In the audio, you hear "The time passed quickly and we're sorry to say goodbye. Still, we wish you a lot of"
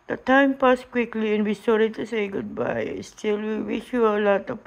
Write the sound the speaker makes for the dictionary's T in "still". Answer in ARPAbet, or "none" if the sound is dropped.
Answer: S